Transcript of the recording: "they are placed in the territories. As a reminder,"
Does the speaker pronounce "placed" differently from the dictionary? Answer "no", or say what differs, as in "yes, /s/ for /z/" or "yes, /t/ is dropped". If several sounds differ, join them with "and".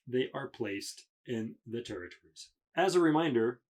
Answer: no